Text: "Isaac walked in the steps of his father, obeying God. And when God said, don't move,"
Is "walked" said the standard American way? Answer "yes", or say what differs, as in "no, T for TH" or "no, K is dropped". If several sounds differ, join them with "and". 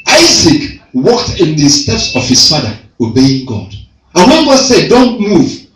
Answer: yes